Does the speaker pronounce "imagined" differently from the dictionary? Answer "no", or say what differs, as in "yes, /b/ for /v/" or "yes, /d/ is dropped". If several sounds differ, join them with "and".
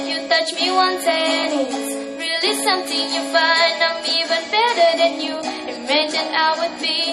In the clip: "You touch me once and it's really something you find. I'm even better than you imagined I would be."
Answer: yes, /d/ is dropped